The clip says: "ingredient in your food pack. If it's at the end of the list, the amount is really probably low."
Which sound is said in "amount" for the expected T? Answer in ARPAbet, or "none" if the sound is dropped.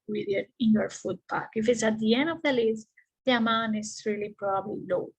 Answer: none